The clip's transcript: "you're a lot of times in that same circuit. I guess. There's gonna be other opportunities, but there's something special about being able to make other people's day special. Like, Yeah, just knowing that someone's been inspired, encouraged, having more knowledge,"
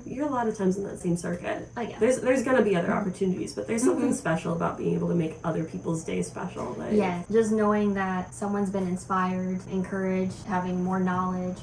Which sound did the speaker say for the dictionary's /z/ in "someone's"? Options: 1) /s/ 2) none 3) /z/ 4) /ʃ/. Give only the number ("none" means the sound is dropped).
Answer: 3